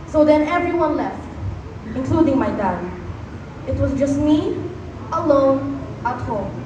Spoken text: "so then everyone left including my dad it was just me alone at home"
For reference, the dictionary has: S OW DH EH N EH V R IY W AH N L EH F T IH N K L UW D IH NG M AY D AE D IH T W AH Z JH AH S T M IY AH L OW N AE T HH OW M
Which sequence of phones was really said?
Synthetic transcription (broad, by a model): S OW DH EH N EH V R IY W AH N L EH F T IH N K L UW D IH NG M AY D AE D IH T W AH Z JH AH S T M IY AH L OW N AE T HH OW M